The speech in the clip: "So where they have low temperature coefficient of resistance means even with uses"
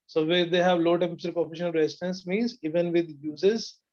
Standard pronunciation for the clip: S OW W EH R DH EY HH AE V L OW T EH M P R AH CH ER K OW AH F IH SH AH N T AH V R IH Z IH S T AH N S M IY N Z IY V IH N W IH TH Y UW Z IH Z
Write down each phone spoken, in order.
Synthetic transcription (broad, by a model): S OW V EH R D EY HH AE V L OW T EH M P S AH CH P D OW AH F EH SH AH N AH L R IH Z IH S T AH N S M IY N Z IY V IH N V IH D Y UW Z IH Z